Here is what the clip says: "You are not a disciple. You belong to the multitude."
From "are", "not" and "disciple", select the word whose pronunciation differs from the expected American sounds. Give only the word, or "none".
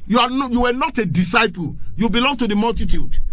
are